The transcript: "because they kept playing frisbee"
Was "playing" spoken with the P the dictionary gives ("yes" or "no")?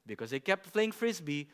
no